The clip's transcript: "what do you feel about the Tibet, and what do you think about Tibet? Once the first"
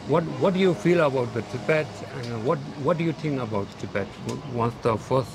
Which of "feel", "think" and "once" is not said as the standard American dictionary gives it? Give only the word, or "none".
think